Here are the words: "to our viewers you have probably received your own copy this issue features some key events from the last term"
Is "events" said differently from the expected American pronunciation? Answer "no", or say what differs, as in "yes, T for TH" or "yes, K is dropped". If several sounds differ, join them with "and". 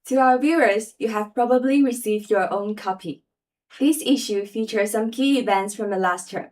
no